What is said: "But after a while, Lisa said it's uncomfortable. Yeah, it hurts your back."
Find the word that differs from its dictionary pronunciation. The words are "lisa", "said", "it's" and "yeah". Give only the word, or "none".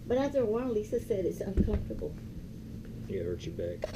none